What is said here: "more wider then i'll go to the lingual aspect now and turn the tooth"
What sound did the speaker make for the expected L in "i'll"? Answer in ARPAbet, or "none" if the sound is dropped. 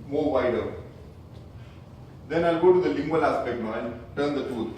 L